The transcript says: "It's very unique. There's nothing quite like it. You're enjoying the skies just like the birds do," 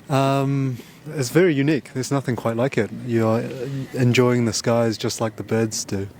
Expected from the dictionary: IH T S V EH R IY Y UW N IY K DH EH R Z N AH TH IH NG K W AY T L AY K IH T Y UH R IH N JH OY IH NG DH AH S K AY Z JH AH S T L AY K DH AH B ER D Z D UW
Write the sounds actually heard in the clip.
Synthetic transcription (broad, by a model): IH T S V EH R IY Y UW N IY K DH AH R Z N AH TH IH NG K W AY T L AY K IH T Y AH R IH N JH OY IH NG DH AH S K AY Z JH AH S T L AY K DH AH B ER D Z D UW